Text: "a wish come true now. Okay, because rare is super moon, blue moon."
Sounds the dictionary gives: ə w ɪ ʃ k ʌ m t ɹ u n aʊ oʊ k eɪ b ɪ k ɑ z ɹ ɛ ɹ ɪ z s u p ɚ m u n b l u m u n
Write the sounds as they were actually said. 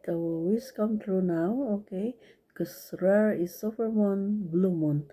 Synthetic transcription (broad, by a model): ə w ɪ s k ʌ m t ɹ u n aʊ oʊ k eɪ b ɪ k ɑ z ɹ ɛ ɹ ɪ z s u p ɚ m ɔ n b l u m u n